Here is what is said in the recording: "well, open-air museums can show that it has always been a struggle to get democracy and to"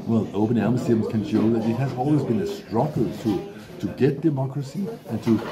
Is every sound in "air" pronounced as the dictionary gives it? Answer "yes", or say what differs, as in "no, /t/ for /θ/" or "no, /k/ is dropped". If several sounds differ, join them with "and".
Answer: no, /l/ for /ɹ/